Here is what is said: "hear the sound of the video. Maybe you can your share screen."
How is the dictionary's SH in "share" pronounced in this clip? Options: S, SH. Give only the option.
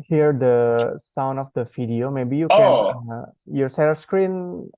S